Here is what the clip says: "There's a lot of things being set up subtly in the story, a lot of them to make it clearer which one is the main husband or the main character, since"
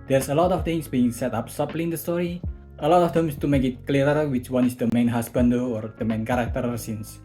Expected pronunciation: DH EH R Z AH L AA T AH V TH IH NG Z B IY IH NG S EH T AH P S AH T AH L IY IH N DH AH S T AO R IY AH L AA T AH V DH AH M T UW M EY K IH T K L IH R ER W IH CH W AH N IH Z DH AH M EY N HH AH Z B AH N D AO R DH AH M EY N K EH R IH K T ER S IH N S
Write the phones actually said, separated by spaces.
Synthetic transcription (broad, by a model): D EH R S AH L AA T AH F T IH NG S B IY IH NG S EH T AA P S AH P L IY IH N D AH S T AO R IY AH L AA T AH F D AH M T UW M EY K IH T K L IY R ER W IH CH W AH N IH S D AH M EY N HH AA S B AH N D AO R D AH M EY N K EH R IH K T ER S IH N S